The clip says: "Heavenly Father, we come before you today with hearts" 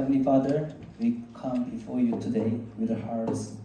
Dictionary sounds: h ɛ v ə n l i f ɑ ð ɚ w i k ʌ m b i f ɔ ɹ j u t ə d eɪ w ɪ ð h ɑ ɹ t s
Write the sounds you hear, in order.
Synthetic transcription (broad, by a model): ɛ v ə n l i f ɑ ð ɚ w i k ʌ m b i f ɔ ɹ j u t ə d eɪ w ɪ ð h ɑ ɹ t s